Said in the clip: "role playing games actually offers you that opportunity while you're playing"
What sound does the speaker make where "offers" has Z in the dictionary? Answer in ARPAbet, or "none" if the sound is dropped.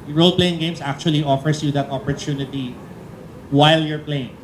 S